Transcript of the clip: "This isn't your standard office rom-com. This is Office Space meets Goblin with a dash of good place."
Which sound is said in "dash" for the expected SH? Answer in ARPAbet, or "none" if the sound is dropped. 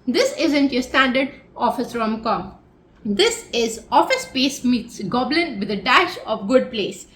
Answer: SH